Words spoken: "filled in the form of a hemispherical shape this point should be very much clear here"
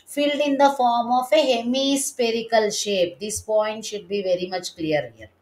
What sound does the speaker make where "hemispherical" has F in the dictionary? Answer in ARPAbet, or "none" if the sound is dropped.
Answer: P